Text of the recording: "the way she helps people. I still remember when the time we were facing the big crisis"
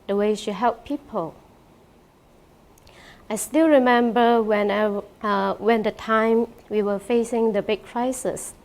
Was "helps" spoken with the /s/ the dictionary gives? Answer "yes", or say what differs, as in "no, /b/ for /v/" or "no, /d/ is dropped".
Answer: no, /s/ is dropped